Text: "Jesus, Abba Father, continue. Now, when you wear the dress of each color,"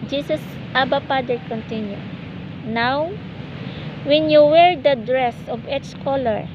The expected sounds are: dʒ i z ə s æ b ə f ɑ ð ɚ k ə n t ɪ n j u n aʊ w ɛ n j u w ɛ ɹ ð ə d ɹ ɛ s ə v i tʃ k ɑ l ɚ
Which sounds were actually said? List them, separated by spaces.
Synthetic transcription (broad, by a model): dʒ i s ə s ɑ b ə p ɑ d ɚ k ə n t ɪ n j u n aʊ w ɛ n j u w ɛ ɹ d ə d ɹ ɛ s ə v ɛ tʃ k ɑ l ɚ